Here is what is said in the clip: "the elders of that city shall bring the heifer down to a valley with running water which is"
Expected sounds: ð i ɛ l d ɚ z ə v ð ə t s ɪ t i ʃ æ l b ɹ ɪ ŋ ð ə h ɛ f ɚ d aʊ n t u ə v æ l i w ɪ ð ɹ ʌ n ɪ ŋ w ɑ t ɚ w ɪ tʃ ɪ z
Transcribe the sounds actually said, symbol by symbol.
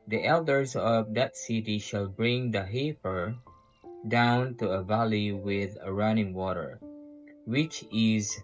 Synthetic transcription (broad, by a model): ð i ɛ l d ɚ z ə v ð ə t s ɪ t i ʃ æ l b ɹ ɪ ŋ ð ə h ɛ p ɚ d aʊ n t u ə v æ l i w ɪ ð ɹ ʌ n ɪ ŋ w ɑ t ɚ w ɪ tʃ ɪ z